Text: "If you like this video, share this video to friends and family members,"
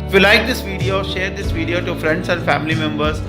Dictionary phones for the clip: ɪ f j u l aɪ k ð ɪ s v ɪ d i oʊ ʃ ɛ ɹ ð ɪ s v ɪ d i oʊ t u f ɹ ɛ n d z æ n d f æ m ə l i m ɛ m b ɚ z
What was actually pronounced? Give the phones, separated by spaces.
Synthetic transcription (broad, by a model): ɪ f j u l aɪ k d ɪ s v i d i oʊ ʃ ɛ ɹ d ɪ s v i d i oʊ t u f ɹ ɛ n d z æ n d f æ m ə l i m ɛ m b ɚ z